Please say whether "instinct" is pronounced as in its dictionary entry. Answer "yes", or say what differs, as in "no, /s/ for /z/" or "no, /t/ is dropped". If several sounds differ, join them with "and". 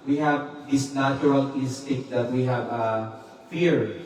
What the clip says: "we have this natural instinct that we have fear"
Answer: no, /ŋ/ is dropped